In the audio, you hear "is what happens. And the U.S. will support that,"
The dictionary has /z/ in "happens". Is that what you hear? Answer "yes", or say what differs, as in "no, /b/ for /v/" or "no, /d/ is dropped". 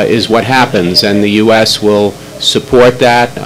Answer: yes